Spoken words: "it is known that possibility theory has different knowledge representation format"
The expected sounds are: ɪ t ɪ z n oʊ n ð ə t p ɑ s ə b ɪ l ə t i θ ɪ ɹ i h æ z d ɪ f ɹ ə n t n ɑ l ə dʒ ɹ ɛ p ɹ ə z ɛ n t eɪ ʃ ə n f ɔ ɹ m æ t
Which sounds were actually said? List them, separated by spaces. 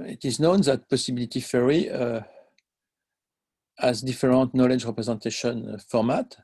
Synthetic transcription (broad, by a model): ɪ t ɪ z n oʊ n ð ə t p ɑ s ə b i l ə t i f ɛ ɹ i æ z d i f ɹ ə n t n ɑ l ə dʒ ɹ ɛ p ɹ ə z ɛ t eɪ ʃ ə n f ɔ ɹ m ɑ t